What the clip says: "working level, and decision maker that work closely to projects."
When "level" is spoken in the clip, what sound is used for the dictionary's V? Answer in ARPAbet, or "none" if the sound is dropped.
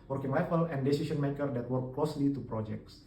F